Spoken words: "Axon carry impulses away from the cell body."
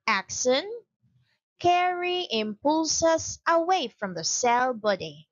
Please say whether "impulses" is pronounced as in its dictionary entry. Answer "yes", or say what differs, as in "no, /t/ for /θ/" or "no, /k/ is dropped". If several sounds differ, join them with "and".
no, /s/ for /z/